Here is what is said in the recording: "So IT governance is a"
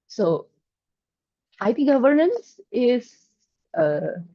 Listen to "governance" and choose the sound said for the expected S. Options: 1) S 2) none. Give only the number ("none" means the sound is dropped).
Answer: 1